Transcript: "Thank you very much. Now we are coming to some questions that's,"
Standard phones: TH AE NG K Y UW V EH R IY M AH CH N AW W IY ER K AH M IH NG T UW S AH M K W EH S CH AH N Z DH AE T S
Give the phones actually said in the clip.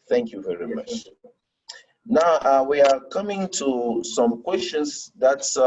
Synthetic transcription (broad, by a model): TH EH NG K Y UW V EH R IY M AH CH N AW W IY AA K AH M IH NG T UW S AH M K W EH S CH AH N S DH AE T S